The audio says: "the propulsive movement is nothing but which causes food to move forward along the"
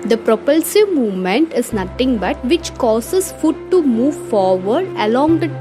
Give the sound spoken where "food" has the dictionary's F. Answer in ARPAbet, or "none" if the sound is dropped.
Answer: F